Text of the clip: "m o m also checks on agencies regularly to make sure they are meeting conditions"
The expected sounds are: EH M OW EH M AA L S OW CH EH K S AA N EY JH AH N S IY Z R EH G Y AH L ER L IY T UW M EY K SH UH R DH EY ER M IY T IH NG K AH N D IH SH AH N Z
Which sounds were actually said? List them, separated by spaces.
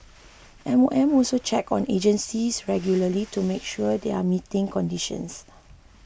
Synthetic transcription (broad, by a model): EH M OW EH M AA L S OW CH EH K AA N EY JH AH N S IY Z R EH G Y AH L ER L IY T UW M EY K SH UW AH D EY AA M IY T IH NG K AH N D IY SH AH N S